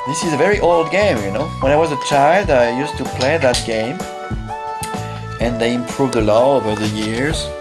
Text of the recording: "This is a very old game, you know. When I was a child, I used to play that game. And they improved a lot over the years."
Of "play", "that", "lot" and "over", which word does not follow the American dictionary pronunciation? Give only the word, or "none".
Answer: lot